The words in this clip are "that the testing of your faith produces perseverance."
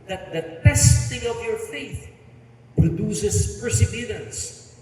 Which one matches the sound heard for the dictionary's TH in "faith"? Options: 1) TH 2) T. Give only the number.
1